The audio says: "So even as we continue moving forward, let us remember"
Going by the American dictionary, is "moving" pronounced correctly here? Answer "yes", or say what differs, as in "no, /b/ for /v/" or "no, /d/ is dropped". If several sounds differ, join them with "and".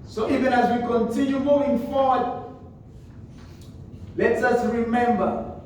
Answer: no, /v/ is dropped